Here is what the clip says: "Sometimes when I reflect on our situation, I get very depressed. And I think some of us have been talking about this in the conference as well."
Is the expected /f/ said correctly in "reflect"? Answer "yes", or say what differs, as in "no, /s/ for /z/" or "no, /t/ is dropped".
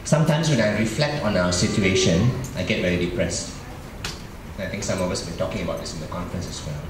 yes